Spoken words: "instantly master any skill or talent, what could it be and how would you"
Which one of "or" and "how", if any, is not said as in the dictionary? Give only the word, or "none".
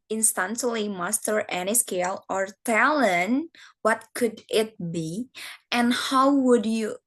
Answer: none